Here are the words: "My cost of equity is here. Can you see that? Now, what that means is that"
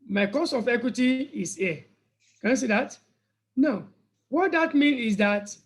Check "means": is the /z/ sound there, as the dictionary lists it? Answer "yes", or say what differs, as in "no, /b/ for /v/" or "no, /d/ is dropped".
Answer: no, /z/ is dropped